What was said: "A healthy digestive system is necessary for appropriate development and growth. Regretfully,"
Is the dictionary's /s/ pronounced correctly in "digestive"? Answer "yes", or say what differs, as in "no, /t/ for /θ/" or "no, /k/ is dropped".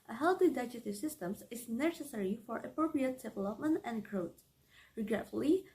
no, /s/ is dropped